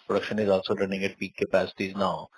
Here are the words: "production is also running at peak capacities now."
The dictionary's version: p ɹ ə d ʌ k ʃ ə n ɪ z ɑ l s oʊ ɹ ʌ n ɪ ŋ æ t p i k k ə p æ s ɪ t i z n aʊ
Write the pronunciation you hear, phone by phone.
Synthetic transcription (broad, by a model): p ɹ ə d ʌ k ʃ ə n ɪ z ɑ l s oʊ l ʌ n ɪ ŋ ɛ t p i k k ə p æ s ɪ t i z n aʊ